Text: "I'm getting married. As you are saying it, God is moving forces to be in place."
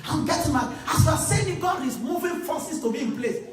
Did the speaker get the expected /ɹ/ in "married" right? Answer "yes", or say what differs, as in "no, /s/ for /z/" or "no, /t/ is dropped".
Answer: no, /ɹ/ is dropped